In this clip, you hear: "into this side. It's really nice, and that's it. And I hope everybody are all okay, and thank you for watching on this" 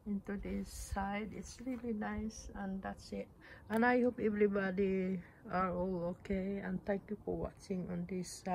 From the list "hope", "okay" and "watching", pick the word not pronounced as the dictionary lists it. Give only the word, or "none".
none